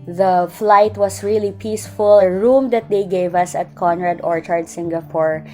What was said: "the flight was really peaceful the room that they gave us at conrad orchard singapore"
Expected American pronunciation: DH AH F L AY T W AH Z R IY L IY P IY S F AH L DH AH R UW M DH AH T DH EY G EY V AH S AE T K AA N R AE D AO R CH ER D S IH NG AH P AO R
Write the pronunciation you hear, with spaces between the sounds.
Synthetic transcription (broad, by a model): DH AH F L AY T W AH S R IY L IY P IY S F AH L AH R UW M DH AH T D EY G EY V AH S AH T K AA N R AE D AO R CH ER D S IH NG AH P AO R